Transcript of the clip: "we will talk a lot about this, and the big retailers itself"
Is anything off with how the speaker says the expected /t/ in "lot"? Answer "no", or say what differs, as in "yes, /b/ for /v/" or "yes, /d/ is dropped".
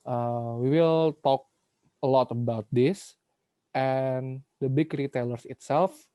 no